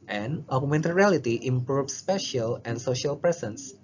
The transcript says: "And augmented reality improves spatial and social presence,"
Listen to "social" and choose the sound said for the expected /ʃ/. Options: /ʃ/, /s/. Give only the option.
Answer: /ʃ/